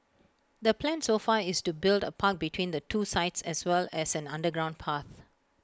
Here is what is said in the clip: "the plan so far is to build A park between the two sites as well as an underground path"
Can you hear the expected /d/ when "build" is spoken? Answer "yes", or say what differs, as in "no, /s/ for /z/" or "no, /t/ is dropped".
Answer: yes